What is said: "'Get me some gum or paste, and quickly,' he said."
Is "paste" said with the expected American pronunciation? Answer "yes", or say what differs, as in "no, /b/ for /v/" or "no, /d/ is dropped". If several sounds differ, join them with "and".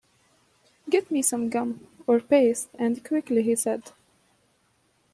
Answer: yes